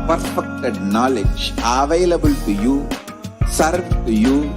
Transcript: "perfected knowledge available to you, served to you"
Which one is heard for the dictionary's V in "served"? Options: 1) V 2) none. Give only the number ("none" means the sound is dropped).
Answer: 2